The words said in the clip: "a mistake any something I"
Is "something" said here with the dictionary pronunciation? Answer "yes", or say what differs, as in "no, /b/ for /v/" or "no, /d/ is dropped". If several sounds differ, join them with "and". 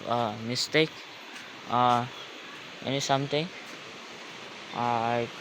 no, /t/ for /θ/